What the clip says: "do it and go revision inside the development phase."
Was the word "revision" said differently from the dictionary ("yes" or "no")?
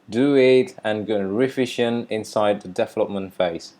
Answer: yes